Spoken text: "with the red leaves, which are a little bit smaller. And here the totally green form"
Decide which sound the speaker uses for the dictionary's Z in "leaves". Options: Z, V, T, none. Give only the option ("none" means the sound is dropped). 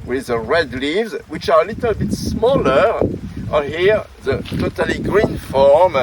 Z